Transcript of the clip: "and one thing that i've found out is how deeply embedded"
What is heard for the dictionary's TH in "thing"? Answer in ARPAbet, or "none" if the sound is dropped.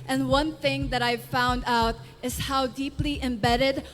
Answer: TH